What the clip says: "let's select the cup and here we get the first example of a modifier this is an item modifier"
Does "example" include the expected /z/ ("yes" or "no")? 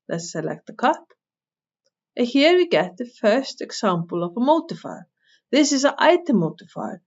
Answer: no